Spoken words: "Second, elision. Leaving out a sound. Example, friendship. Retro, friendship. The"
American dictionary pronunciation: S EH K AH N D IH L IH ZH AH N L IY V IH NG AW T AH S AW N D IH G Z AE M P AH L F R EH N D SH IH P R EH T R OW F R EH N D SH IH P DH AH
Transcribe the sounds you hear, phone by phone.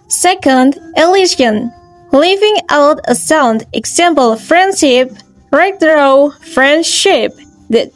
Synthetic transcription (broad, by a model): S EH K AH N D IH L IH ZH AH N L IY V IH NG AW T AH S AW N D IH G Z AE M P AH L F R EH N D SH IH P R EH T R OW F R EH N D SH IH P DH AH